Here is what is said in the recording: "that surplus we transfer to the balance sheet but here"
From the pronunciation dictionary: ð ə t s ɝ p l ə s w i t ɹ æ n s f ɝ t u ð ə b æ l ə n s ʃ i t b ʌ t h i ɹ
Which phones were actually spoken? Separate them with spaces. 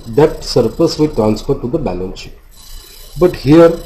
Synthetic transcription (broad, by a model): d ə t s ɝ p ə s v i t ɹ æ n s f ɝ t u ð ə b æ l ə n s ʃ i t b ʌ t h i ɹ